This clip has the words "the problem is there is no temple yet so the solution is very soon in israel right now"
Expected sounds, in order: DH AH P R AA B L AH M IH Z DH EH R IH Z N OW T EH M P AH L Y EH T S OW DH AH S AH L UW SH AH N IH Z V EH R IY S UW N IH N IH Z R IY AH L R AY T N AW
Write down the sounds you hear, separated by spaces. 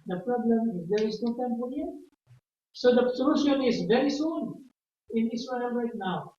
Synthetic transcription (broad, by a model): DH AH P R AA B L AH M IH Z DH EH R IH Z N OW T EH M F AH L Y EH S OW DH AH S AH L UW SH AH N IH Z V EH R IY S UW N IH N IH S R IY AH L R AY T N AW